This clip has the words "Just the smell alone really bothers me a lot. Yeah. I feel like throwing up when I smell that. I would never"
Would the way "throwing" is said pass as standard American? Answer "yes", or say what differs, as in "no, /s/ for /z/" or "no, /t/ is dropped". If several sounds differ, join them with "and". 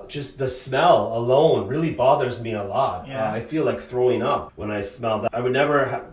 yes